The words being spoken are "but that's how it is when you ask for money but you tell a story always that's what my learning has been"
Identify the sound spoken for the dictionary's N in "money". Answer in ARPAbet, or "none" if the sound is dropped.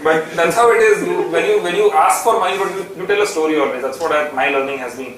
none